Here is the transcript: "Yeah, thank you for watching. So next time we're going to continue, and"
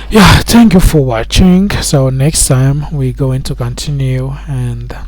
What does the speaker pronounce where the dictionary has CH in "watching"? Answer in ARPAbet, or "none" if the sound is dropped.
CH